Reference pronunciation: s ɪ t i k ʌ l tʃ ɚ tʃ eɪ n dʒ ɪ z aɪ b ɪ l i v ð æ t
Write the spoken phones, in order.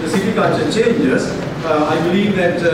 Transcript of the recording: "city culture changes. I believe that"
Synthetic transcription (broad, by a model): s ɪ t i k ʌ n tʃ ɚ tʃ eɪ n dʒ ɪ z aɪ b ɪ l i v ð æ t